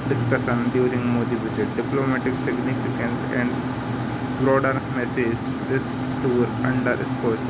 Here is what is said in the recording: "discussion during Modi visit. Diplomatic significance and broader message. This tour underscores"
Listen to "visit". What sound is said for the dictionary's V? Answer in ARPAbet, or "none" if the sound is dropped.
B